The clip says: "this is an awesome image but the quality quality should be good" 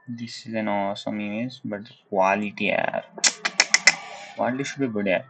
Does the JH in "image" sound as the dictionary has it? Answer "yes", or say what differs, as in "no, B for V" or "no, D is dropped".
no, Z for JH